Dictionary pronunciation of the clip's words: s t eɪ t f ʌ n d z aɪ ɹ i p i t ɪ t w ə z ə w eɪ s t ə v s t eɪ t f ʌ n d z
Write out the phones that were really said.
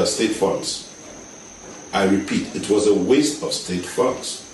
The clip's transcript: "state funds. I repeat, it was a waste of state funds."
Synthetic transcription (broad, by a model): s t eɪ t f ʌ n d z aɪ ɹ i p i t ɪ t w ə z ə w eɪ s t ə v s t eɪ t f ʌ n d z